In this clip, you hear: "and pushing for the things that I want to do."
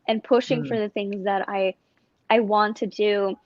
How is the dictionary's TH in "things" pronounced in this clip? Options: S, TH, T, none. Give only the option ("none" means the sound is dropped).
TH